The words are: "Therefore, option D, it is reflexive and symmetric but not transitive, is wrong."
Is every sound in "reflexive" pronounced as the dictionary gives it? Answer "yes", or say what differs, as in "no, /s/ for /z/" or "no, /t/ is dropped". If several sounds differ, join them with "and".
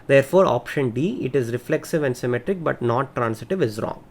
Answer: yes